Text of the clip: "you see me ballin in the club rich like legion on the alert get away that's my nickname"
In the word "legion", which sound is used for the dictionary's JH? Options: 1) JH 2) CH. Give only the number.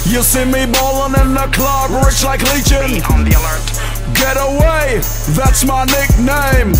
2